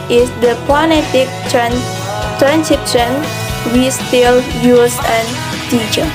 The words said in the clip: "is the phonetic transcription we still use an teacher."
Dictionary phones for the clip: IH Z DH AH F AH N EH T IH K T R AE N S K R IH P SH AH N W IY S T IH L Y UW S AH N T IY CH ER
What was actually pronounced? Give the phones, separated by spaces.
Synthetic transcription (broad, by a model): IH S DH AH P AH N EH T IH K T R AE N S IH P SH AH N W IY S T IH L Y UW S AH N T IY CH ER